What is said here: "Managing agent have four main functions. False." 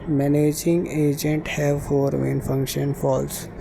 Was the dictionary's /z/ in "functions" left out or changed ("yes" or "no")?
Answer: yes